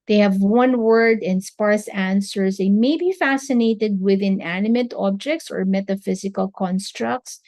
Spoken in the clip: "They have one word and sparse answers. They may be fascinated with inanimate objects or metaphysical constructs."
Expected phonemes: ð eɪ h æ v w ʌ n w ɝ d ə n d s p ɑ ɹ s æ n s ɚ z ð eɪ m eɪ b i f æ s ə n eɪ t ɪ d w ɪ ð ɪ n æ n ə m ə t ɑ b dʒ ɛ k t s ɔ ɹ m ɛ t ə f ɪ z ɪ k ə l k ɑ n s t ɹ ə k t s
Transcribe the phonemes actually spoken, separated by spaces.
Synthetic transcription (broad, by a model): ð eɪ h æ v w ʌ n w ɝ d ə n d s p ɑ ɹ s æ n s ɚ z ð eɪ m eɪ b i f æ s ə n eɪ t ɪ d w ɪ ð ɪ n æ n ə m ə t ɑ b dʒ ɛ k t s ɔ ɹ m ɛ t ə f ɪ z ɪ k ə l k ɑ n s t ɹ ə k t s